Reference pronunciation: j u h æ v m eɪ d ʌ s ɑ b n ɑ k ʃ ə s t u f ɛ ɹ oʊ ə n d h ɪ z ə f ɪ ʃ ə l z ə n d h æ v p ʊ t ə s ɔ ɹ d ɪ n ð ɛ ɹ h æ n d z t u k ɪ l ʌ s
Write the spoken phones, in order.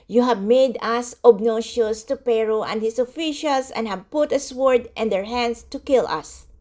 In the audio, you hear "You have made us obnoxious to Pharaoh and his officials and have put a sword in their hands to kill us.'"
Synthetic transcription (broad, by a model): j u h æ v m eɪ d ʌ s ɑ b n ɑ ʃ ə s t u p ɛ ɹ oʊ ə n d h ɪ s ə f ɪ ʃ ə l s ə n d h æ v p ʊ t ə s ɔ ɹ d ɪ n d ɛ ɹ h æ n d s t u k ɪ l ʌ s